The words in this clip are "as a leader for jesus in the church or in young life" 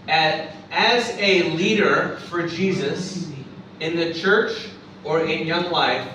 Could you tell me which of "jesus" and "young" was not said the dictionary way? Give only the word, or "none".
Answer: none